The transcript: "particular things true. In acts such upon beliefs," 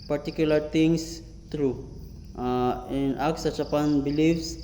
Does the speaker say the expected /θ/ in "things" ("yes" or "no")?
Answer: no